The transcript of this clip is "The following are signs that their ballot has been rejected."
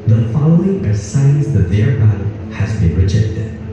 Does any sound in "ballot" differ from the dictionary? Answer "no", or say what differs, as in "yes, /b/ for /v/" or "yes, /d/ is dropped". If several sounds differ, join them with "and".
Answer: yes, /l/ is dropped